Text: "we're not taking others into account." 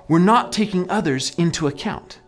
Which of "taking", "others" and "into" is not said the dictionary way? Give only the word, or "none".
none